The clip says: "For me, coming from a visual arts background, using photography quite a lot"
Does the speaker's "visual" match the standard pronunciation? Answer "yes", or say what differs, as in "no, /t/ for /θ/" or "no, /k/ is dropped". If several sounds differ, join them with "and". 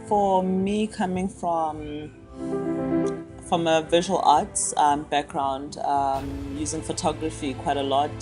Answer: yes